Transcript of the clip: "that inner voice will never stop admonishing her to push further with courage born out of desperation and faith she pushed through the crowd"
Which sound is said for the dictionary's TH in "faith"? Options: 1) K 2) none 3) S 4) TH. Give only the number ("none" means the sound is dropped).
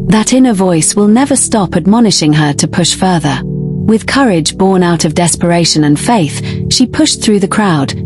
4